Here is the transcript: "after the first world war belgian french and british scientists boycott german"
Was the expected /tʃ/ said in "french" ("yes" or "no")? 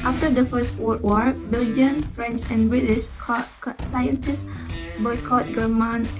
yes